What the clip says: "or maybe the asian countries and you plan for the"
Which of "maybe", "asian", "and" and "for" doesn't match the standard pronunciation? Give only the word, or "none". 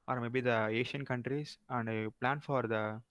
asian